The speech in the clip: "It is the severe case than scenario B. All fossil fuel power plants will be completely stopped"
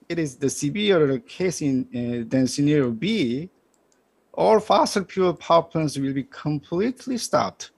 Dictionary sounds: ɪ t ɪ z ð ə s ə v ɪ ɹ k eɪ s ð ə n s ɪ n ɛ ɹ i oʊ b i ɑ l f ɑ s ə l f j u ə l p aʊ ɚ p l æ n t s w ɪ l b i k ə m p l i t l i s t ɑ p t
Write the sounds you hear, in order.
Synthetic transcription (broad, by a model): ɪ t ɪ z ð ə s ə b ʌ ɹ k eɪ s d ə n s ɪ n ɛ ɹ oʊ b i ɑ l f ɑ s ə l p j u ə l p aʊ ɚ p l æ n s w ɪ l b i k ə m p l i t l i s t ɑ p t